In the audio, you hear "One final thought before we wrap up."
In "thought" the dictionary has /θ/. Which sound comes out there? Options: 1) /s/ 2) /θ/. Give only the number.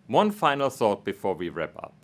1